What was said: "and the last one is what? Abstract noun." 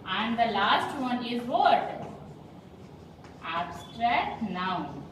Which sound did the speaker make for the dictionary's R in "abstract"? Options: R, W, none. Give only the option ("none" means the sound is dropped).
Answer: R